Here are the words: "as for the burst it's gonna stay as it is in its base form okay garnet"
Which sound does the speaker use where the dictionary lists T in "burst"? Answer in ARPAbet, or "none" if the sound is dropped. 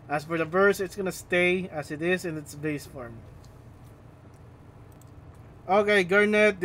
none